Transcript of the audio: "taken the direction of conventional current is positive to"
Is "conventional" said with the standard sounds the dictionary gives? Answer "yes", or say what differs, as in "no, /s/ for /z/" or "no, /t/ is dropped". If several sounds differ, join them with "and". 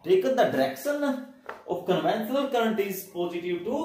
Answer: no, /s/ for /ʃ/